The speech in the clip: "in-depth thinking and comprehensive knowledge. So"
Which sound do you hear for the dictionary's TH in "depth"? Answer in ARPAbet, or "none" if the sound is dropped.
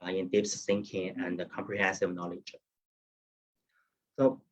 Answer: S